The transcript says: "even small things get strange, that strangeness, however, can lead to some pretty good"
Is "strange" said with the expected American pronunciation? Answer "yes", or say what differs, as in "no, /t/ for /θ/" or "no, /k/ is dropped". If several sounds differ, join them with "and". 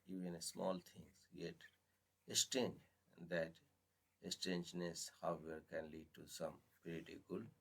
no, /ɹ/ is dropped